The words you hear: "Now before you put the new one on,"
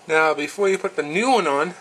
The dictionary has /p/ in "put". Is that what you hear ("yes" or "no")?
yes